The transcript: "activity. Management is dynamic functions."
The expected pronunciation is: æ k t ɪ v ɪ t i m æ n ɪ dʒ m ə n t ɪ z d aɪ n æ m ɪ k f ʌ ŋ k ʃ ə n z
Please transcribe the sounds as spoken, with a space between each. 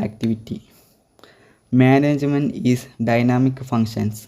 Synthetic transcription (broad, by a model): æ k t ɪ v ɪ t i m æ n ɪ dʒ m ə n ɪ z d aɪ n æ m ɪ k f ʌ ŋ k ʃ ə n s